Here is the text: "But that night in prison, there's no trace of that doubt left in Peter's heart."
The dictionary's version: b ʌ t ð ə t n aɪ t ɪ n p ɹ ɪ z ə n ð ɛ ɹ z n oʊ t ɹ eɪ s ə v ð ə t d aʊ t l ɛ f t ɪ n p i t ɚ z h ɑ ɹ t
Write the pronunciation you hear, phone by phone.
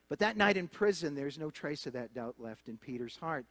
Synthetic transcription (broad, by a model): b ʌ t ð ə t n aɪ t ɪ n p ɹ ɪ z ə n ð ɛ ɹ z n oʊ t ɹ eɪ s ə v ð ə t d aʊ t l ɛ f t ɪ n p i t ɚ z h ɑ ɹ t